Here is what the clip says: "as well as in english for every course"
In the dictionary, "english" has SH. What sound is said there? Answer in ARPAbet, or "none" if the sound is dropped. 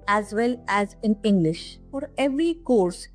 SH